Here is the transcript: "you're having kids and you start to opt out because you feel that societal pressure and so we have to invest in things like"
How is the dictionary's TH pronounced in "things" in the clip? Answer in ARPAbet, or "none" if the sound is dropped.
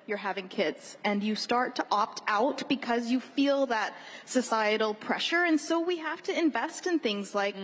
TH